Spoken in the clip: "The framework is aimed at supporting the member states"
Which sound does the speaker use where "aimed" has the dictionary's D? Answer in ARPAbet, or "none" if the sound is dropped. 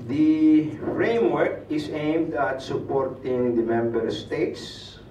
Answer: D